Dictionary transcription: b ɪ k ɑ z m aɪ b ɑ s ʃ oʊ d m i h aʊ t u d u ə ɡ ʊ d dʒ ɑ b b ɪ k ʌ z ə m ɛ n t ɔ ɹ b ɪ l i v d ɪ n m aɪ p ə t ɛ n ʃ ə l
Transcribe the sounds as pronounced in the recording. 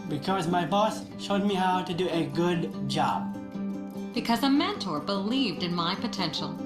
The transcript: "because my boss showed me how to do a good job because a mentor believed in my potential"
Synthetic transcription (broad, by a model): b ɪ k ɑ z m aɪ b ɑ s ʃ oʊ d m i h aʊ t u d u ə ɡ ʊ d dʒ ɑ b b ɪ k ʌ z ə m ɛ n t ɔ ɹ b ɪ l i v d ɪ n m aɪ p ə t ɛ n ʃ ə l